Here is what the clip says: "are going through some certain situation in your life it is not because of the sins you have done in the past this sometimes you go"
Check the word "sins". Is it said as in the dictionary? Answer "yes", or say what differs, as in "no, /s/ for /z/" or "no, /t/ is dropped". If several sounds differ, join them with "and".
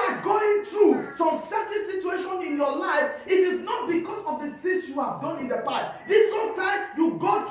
no, /θ/ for /s/